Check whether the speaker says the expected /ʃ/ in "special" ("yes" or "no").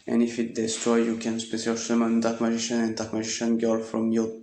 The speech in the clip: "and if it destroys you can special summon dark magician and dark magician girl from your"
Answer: no